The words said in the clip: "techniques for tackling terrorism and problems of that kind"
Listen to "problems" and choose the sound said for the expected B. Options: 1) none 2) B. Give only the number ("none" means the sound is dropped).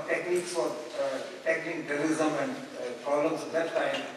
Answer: 1